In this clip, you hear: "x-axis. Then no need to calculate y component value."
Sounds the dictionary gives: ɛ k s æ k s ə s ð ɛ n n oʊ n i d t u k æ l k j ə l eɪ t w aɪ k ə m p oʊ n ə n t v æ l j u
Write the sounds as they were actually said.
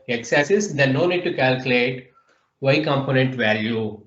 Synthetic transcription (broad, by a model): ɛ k s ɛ s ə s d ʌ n n oʊ n i d t u k æ l k j ə l eɪ t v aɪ k ə m p oʊ n ə n t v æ l j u